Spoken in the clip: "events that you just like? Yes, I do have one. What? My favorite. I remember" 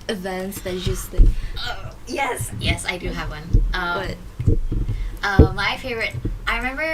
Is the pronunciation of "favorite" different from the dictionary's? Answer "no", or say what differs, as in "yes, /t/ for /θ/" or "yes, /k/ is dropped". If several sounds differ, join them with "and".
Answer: no